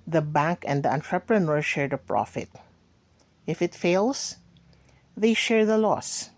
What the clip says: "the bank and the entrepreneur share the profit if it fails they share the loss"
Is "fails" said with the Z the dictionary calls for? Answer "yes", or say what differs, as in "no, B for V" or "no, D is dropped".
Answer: no, S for Z